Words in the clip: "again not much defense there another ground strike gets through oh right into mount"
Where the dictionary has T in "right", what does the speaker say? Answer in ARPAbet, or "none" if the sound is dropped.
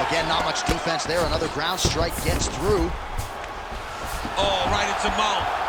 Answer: T